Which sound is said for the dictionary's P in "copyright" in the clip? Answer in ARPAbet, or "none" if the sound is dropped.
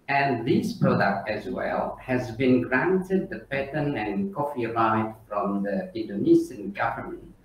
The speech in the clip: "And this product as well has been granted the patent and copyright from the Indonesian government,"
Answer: F